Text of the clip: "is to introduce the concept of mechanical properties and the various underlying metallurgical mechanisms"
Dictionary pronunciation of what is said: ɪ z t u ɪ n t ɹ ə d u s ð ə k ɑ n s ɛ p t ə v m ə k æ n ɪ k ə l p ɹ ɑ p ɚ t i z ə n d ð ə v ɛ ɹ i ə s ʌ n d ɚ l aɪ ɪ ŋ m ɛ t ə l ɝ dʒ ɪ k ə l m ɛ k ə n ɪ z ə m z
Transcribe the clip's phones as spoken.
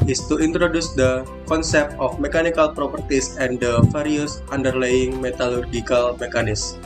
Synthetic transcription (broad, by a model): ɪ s t u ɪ n t ɹ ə d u s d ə k ɑ n s ɛ p t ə f m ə k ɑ n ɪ k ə l p ɹ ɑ p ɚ t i s ə n d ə f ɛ ɹ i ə s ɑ n d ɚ l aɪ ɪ ŋ m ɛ t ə l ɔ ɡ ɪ k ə l m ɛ k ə n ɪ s